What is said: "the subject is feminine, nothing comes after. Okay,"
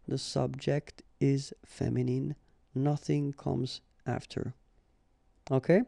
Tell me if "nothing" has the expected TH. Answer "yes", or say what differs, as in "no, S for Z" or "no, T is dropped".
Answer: yes